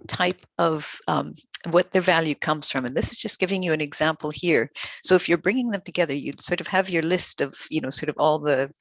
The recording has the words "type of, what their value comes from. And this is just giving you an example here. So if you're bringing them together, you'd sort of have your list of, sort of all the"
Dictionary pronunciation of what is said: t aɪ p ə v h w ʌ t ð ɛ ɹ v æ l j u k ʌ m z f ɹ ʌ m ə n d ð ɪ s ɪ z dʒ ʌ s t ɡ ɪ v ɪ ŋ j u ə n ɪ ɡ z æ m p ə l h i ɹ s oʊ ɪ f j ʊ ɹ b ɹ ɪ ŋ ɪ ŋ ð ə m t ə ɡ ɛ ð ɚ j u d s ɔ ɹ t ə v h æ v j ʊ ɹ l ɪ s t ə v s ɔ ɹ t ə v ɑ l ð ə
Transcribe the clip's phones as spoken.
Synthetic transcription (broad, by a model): t aɪ p ə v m w ʌ t ð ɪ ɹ v æ l j u k ʌ m z f ɹ ʌ m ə n ð ɪ s ɪ z dʒ ʌ s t ɡ ɪ v ɪ ŋ j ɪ ə n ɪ ɡ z æ m p l h i ɹ s oʊ ɪ f j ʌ ɹ b ɹ ɪ ŋ ɪ ŋ ð ə m t ə ɡ ɛ ð ɚ j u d s ɔ ɹ t ə v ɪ v j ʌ ɹ l ɪ s t ə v s ɔ ɹ t ə v ɑ l ð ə